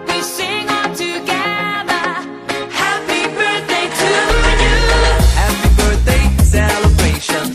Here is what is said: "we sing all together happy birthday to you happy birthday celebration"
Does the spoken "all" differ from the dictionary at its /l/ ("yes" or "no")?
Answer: yes